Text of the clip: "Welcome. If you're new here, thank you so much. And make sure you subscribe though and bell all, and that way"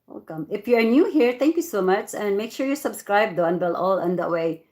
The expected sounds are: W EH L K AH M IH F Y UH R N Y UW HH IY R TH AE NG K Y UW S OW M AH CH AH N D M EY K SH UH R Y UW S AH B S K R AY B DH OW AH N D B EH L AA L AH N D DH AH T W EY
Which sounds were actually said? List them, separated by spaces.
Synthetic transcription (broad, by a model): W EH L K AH M IH F Y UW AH N Y UW HH IY R T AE NG K Y UW S OW M AH CH AH N D M EY K SH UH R Y UW S AH B S K R AY B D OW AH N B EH L AA L AH N D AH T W EY